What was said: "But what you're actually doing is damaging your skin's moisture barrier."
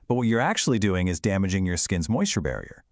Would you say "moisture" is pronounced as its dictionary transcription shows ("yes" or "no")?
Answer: yes